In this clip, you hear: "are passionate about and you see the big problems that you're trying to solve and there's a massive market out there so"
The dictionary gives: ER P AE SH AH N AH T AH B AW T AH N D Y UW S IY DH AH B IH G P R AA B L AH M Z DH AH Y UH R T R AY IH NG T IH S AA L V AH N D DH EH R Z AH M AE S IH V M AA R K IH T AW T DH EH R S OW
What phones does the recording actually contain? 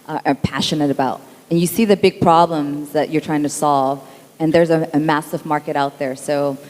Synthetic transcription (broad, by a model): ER P AE SH AH N AH T AH B AW T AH N Y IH S IY DH AH B IH G P R AA B L AH M Z DH AH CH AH R T R AY IH NG T IH S AA L V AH N DH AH R Z AH M AE S IH V M AA R K IH T AW T DH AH R S OW